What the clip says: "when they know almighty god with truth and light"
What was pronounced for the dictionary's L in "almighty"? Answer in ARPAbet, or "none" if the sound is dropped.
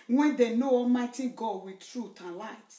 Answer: none